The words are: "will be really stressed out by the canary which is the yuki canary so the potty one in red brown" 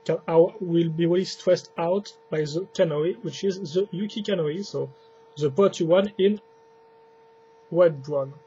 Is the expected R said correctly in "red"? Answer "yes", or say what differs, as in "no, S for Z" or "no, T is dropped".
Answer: no, W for R